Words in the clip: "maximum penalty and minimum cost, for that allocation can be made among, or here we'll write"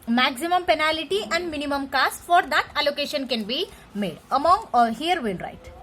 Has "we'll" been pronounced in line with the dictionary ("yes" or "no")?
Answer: no